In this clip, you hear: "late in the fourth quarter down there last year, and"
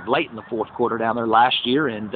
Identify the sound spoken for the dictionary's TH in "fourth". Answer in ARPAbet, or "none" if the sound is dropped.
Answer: TH